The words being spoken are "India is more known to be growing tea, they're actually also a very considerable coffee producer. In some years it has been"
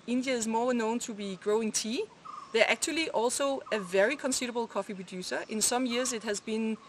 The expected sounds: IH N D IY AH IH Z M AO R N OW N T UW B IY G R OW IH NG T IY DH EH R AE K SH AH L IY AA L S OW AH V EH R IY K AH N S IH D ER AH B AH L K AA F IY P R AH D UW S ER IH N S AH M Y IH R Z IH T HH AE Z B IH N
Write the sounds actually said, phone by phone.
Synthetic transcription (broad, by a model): IH N D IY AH IH Z M AO R N OW N T UW B IY G R OW IH NG T IY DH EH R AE K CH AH L IY AA L S OW AH V EH R IY K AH N S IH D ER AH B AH L K AA F IY P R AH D UW S ER IH N S AH M Y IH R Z IH T HH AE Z B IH N